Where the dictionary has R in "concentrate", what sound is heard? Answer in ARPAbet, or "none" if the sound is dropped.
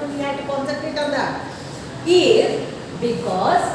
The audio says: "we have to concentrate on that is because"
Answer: none